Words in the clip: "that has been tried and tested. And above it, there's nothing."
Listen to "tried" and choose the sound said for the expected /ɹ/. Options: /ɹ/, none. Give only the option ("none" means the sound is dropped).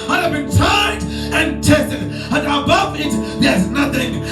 none